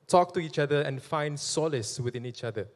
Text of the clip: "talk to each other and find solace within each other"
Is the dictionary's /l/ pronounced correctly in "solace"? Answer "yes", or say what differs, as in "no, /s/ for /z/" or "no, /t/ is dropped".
yes